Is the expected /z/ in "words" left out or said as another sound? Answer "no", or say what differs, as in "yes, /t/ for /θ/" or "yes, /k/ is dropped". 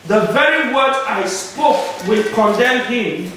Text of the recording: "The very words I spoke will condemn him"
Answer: yes, /z/ is dropped